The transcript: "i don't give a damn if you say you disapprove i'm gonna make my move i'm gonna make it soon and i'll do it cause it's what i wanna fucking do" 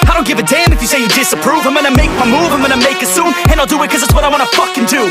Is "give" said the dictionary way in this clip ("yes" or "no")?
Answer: yes